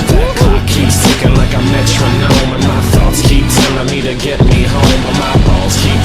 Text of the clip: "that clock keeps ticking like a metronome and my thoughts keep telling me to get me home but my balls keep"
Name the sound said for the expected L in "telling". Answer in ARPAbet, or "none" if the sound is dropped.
N